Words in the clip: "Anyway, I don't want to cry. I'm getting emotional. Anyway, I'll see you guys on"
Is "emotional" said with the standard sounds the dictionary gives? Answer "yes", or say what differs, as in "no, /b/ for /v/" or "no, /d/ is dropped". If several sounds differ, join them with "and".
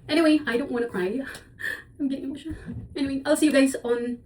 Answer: no, /n/ is dropped